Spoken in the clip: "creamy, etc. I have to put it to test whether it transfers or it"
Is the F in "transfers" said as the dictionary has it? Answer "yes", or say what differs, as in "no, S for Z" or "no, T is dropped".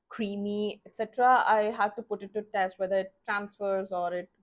yes